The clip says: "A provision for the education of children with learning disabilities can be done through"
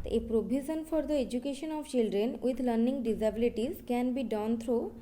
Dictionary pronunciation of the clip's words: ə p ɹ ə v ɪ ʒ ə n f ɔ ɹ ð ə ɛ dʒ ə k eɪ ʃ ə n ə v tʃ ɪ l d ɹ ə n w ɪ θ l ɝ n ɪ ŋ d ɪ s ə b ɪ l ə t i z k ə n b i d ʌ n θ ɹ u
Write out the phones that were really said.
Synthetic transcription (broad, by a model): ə p ɹ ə b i z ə n f ɔ ɹ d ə ɛ dʒ ə k eɪ ʃ ə n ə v tʃ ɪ l d ɹ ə n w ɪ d l ɝ n ɪ ŋ d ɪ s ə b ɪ l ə t i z k ə n b i d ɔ n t ɹ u